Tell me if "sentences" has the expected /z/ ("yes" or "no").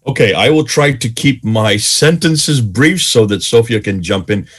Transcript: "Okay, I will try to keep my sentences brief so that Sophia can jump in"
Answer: yes